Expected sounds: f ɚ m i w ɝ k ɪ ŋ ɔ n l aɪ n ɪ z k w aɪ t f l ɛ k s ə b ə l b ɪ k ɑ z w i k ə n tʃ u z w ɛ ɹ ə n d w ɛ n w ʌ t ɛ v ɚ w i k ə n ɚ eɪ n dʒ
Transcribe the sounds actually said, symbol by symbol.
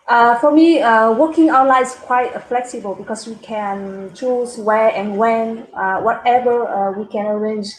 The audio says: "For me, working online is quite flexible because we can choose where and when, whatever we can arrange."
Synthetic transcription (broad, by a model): f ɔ m i w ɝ k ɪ ŋ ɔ n l aɪ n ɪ s k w aɪ t f l ɛ k s ə b ə l b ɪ k ɑ s w i k ə n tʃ u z w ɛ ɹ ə n w ɛ n w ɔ t ɛ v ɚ w i k ə n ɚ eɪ n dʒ